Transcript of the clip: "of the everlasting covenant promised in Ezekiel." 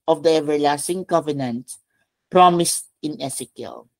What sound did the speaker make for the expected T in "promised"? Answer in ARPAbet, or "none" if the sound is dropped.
T